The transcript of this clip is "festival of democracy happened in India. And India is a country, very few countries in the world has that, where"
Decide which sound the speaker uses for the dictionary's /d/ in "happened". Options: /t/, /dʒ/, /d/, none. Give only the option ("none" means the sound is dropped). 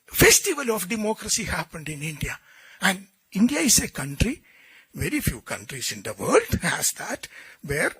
/d/